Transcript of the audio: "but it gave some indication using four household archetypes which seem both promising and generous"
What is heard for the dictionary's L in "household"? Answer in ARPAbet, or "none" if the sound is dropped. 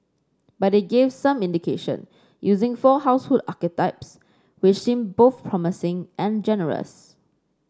none